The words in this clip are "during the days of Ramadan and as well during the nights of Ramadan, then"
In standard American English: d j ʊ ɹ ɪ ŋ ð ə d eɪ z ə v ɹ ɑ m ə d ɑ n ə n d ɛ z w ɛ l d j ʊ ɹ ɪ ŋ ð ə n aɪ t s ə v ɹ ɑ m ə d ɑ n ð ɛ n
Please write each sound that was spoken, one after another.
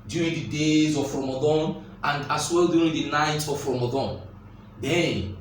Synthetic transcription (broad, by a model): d j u ɹ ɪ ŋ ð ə d eɪ z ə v ɹ ɑ m ə d ɑ n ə n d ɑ s w ɛ l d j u ɹ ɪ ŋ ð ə n aɪ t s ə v ɹ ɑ m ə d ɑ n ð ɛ n